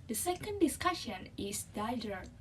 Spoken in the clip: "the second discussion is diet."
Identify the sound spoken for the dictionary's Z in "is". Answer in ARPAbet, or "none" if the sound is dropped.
S